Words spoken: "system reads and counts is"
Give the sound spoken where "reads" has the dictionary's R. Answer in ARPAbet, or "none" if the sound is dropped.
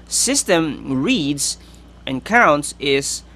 R